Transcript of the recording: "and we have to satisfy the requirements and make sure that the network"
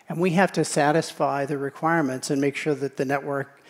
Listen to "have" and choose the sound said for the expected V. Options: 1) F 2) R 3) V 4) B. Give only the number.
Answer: 1